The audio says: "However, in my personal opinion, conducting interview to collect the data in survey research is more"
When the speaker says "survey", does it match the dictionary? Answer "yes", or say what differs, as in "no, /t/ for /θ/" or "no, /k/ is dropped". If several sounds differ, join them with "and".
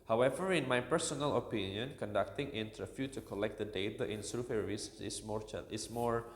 no, /f/ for /v/